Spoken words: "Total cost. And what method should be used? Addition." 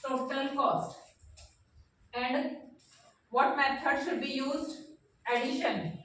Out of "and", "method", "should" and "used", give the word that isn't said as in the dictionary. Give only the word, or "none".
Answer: method